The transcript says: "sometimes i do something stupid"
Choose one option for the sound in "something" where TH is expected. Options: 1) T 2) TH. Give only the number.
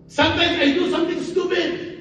1